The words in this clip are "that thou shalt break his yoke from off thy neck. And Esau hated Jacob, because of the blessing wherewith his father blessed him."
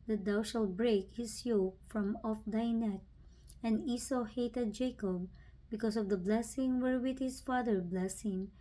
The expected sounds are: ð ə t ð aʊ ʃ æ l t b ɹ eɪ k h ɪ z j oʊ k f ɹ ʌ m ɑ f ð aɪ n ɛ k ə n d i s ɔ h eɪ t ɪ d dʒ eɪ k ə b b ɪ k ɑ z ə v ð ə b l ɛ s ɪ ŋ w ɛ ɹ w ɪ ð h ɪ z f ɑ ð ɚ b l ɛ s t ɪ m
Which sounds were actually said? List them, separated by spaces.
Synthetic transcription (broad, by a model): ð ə t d aʊ ʃ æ l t b ɹ eɪ k h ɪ s j oʊ k f ɹ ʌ m ɑ f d aɪ n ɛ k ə n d i s ɔ h eɪ t ɪ d dʒ eɪ k ə b b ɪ k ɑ s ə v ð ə b l ɛ s ɪ ŋ w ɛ ɹ w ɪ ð h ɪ s f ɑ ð ɚ b l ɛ s ɪ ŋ